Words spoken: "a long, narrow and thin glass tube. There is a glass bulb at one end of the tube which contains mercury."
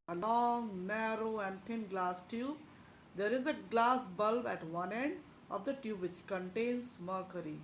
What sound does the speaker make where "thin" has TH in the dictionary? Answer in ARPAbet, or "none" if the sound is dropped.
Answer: T